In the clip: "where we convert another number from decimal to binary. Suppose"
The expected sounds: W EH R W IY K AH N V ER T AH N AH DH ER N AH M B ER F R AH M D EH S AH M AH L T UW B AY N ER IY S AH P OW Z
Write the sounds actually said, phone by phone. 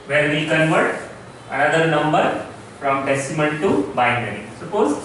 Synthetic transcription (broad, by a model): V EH R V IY K AH N V ER T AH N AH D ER N AH M B ER F R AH M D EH S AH M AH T T UW B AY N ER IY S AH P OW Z